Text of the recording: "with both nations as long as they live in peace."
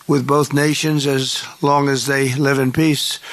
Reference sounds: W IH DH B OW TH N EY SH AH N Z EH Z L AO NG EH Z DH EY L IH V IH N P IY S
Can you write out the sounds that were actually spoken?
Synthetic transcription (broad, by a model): W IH DH B OW TH N EY SH AH N Z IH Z L AO NG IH Z DH EY L IH V IH N P IY S